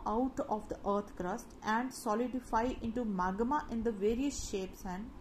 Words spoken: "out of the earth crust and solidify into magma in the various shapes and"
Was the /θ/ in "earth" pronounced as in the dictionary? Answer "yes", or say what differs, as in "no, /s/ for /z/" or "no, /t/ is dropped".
no, /t/ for /θ/